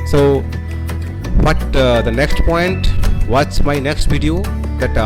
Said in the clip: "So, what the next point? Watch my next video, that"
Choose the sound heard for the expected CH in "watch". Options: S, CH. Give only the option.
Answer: S